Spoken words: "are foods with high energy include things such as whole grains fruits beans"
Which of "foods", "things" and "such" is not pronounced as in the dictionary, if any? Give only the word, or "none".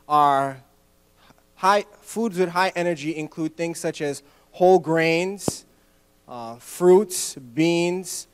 none